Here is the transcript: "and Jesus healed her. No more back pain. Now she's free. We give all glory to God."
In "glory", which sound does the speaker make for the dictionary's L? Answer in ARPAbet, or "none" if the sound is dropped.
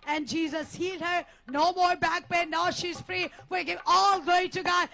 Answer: none